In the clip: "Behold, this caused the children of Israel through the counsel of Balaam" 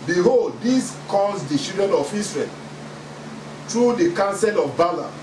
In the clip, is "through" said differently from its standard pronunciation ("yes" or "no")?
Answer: yes